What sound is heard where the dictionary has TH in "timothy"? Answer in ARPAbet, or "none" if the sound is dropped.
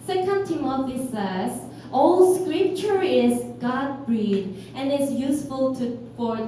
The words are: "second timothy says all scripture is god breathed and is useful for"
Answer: F